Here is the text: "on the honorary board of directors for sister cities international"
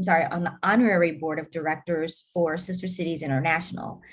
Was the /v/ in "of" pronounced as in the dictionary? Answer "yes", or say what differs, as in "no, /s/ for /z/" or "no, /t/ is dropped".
yes